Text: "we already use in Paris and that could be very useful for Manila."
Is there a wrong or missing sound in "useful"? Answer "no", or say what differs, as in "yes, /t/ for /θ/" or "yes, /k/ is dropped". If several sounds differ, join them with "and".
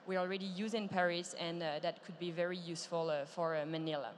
no